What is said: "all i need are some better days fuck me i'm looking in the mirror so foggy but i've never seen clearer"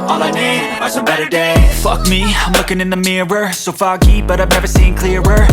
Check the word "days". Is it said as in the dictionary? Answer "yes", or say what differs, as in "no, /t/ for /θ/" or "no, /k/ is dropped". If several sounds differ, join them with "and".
no, /z/ is dropped